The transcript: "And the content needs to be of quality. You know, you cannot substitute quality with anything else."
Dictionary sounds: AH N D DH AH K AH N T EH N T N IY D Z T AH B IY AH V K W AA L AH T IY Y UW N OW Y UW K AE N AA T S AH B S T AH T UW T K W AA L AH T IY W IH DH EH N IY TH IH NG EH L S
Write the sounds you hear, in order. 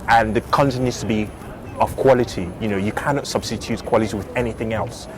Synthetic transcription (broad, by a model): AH N DH AH K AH N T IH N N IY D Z T AH B IY AH V K W AA L AH T IY Y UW N OW Y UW K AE N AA T S AH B S T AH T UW T K W AA L AH T IY W IH DH EH N IY TH IH NG EH L S